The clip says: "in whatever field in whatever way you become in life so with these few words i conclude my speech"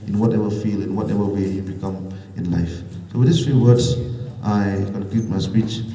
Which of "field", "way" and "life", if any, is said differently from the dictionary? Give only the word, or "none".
field